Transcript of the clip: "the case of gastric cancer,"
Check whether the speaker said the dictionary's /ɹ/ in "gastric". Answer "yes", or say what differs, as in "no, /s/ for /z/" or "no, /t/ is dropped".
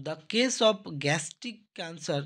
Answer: no, /ɹ/ is dropped